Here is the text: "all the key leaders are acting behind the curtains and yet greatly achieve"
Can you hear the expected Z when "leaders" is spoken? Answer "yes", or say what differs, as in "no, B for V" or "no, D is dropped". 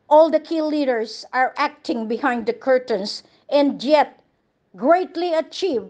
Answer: no, S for Z